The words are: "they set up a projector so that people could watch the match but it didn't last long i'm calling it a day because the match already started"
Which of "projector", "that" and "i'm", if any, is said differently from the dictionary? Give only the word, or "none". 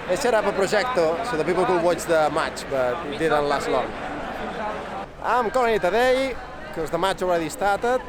projector